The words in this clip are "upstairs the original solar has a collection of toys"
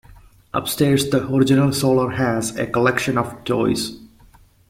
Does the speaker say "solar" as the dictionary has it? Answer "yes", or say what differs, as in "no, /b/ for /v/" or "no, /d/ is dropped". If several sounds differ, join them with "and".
yes